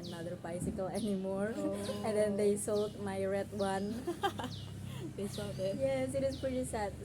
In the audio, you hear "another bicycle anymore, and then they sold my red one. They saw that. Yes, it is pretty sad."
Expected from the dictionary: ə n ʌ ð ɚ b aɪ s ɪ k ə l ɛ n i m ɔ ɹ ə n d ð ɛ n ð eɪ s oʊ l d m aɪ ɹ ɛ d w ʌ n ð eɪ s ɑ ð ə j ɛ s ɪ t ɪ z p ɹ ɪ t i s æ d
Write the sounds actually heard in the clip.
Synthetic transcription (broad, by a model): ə n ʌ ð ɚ b aɪ s ɪ k ə l ɛ n i m ɔ ɹ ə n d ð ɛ n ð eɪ s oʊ l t m aɪ ɹ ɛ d w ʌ n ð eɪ s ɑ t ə j ɛ s ɪ t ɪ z p ɹ ɪ t i s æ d